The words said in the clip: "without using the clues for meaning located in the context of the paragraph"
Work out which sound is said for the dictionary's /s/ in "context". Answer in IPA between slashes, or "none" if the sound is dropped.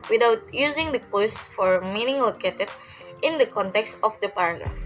/s/